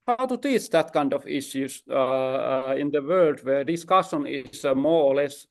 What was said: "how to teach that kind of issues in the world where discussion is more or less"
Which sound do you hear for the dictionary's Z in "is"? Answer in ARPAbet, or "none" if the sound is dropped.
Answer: S